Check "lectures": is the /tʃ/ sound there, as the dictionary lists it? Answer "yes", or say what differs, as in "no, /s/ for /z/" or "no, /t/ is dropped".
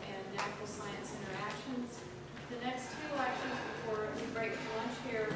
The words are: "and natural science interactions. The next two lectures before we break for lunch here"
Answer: no, /ʃ/ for /tʃ/